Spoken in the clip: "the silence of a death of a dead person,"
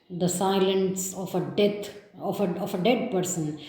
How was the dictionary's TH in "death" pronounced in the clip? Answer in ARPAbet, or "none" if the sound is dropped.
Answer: F